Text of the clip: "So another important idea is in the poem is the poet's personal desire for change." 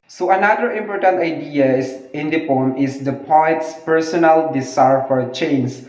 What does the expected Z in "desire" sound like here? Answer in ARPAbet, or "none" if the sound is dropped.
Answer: S